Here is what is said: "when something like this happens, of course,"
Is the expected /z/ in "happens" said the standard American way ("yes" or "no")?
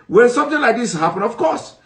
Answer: no